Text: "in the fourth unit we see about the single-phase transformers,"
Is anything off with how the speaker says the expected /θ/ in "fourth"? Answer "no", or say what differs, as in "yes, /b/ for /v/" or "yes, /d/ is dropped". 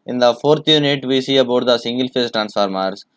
yes, /t/ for /θ/